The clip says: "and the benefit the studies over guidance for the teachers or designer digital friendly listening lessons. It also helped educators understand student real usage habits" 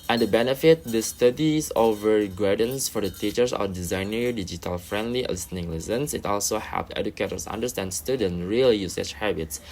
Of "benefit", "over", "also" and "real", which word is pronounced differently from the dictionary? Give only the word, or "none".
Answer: none